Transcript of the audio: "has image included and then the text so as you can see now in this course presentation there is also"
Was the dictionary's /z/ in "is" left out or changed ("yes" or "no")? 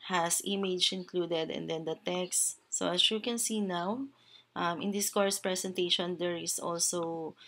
yes